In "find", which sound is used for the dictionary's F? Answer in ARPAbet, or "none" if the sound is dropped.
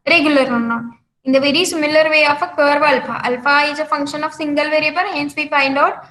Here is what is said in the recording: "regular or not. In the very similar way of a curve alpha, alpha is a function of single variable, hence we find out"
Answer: P